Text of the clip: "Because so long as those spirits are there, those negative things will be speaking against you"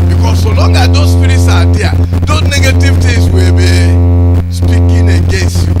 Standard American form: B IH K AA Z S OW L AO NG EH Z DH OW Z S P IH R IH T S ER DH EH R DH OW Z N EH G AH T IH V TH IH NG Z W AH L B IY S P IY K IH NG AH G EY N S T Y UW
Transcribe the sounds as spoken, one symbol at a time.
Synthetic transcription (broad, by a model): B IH K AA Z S OW L AO NG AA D OW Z S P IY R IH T S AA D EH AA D OW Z N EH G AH T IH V T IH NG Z W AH B IY S P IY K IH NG AH G EY N S T Y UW